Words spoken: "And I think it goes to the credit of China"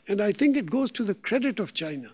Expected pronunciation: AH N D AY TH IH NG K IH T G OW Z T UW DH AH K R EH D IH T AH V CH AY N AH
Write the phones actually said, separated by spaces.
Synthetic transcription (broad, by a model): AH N D AY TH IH NG K IH T G OW Z T UW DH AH K R EH D IH T AH V CH AY N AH